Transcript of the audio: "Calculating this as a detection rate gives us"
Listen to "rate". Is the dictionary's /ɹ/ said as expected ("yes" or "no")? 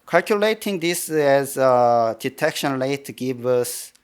no